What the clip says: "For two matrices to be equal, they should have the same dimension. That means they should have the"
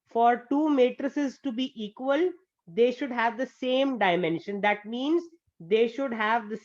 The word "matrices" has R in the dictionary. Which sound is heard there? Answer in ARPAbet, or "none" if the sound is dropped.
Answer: R